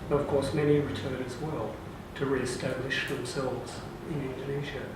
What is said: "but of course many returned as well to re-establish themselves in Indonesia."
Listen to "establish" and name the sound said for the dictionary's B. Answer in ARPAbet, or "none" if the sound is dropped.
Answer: none